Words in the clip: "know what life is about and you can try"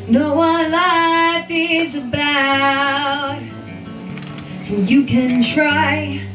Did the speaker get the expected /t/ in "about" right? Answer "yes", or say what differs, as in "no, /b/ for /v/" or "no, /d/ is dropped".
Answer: no, /t/ is dropped